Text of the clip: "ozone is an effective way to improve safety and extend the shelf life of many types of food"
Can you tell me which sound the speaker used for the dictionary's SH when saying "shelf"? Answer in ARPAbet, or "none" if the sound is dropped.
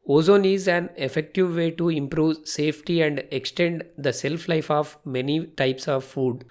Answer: S